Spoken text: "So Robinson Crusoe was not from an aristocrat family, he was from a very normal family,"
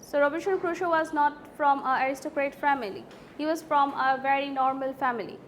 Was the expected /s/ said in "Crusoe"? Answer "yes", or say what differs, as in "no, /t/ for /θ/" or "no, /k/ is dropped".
no, /ʃ/ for /s/